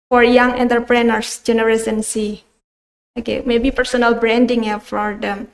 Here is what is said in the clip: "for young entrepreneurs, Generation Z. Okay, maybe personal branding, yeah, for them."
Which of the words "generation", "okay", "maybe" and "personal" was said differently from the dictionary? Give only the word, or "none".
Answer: generation